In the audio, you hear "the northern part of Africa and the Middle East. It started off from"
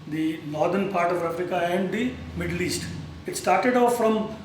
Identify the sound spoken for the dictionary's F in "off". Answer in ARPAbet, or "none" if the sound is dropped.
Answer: F